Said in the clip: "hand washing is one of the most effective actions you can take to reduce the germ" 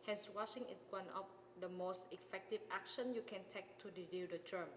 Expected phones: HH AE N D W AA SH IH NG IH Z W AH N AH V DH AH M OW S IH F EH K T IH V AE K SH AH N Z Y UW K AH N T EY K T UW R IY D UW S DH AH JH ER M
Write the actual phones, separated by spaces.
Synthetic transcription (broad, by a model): HH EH N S W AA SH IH NG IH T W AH N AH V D AH M OW S IH F EH K T IH V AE K SH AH N Y UW K AH N T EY K T UW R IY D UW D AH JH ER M